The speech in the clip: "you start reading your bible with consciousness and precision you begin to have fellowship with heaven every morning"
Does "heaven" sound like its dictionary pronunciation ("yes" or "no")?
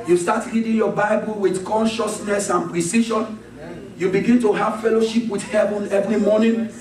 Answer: yes